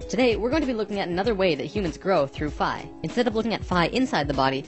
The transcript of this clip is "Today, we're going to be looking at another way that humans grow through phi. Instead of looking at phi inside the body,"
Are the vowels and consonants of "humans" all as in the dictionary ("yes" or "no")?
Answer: yes